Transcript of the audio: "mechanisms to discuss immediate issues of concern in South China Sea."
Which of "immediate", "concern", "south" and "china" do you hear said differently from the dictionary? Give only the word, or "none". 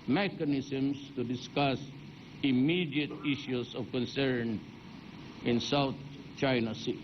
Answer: south